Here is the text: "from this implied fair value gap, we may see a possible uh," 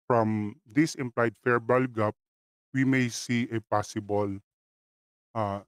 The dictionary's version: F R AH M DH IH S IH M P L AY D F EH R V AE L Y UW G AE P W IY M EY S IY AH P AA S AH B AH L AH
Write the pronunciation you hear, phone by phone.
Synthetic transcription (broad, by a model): F R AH M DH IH S IH M P L AY D F EH R B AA L G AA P W IY M EY S IY AH P AA S AH B AH L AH